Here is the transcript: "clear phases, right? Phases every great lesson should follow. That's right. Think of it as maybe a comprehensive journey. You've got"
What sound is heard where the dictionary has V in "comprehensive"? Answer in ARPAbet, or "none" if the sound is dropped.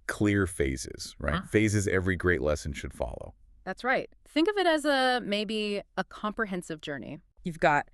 V